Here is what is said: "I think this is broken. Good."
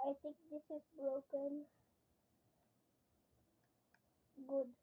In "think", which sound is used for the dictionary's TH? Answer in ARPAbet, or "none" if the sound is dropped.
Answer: T